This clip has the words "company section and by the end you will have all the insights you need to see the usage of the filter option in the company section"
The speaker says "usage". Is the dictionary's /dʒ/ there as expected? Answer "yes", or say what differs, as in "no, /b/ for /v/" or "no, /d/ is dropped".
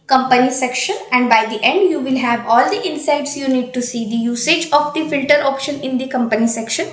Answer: yes